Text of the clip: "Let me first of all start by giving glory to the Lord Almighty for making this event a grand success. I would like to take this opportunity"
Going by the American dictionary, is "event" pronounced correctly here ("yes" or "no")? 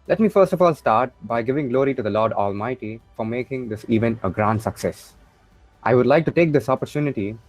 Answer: no